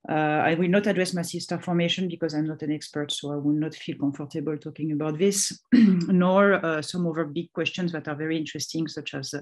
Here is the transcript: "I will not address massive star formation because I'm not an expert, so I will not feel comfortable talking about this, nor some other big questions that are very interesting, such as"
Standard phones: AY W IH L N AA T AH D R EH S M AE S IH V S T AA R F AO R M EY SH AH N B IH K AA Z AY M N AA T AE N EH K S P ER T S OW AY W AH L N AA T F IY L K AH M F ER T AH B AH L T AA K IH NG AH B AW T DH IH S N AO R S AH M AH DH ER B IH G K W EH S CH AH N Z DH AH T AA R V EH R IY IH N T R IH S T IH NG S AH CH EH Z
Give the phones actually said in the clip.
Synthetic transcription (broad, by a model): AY W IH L N AA T AH D R EH S M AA S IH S T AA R F AO R M EY SH AH N B IH K AA Z AY M N AA T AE N EH K S P ER T S OW AY W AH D N AA T F IY L K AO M F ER T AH B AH L T AA K IH NG AH B AW T DH IH S N AO R S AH M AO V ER B IH G K W EH S CH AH N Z DH AH T AA R V EH R IY IH N T R IH S T IH NG S AH CH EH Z